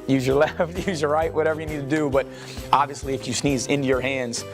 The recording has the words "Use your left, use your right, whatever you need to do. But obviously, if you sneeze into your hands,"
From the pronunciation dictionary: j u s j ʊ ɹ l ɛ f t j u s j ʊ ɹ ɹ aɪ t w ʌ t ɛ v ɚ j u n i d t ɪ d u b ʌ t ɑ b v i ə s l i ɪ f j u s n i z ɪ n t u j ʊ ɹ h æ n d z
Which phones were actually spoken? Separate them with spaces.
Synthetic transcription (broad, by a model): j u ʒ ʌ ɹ l ɛ f t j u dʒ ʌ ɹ ɹ aɪ t w ʌ t ɛ v ɚ j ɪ n i d t ɪ d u b ʌ t ɑ b v i ə s l i ɪ f j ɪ s n i z ɪ n t u j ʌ ɹ h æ n d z